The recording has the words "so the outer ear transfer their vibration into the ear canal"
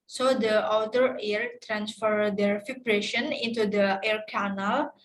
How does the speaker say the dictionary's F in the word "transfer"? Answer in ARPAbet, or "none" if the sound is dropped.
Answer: F